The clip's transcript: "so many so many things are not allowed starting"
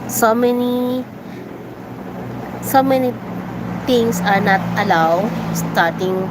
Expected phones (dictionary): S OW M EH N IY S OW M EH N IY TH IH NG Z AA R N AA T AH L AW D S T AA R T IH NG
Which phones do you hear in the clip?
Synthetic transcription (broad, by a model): S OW M EH N IY S OW M EH N IY T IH NG S AA R N AA T AH L AW D S T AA R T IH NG